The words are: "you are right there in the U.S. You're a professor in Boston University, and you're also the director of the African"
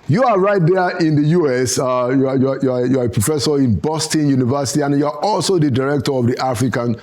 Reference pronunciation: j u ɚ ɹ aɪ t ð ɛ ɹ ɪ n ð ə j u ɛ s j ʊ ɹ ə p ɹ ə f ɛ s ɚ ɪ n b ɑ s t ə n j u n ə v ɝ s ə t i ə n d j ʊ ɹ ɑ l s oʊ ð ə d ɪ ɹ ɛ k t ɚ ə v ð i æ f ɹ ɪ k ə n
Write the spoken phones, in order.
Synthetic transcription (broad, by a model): j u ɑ ɹ aɪ t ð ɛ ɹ ɪ n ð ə j u ɛ s j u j ə p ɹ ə f ɛ s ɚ ɪ n b ɑ s t ə n j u n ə v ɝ s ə t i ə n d j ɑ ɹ ɑ l s oʊ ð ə d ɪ ɹ ɛ k t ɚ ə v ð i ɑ f ɹ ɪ k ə n